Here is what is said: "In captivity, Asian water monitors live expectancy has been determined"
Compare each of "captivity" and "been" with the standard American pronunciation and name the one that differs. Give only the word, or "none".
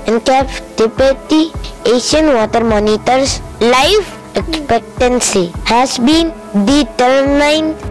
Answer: captivity